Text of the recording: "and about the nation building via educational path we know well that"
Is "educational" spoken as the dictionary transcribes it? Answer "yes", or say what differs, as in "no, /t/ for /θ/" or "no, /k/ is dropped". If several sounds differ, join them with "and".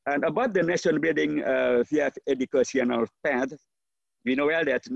no, /s/ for /ʃ/